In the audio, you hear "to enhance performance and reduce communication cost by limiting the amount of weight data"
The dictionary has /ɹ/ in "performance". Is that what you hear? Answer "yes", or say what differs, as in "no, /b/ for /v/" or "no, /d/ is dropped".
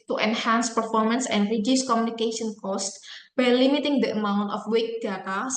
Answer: yes